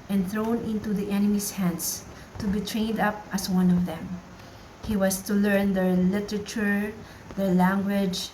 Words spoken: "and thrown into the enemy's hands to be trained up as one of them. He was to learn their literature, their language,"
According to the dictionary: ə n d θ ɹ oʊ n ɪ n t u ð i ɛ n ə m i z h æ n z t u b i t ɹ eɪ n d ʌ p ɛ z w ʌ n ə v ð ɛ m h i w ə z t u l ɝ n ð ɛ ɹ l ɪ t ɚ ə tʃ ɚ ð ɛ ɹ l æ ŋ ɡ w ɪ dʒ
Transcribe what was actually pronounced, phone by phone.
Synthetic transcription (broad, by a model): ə n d θ ɹ oʊ n ɪ n t u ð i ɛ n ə m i s h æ n s t u b i t ɹ eɪ n d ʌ p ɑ s w ʌ n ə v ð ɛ m h i w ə s t u l ɝ n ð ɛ ɹ l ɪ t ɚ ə tʃ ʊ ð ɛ ɹ l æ ŋ ɡ w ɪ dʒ